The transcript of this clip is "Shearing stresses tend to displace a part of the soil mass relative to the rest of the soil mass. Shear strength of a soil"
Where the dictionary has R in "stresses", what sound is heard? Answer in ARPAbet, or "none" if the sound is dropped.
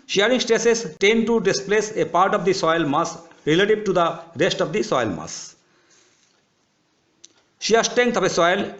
none